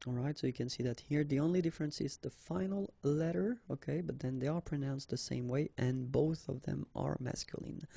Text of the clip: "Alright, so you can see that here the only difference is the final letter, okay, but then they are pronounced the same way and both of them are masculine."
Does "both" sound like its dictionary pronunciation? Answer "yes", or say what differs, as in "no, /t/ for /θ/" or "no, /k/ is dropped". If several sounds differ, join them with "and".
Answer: yes